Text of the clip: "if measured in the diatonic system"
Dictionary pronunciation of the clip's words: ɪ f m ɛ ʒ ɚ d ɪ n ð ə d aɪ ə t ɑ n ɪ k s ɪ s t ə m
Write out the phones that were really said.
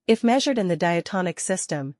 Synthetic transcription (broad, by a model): ɪ f m ɛ ʒ ɚ d ɪ n ð ə d aɪ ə t ɑ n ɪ k s ɪ s t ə m